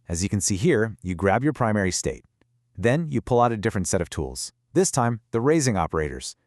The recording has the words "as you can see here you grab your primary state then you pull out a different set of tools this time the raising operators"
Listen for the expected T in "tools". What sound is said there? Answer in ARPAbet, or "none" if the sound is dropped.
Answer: T